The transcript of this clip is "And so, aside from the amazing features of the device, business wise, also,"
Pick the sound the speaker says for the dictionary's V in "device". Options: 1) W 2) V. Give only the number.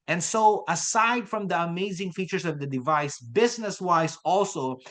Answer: 2